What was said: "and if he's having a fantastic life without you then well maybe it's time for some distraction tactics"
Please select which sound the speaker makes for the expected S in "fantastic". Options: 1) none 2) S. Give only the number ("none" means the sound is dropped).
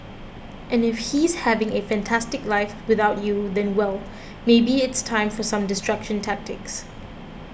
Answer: 2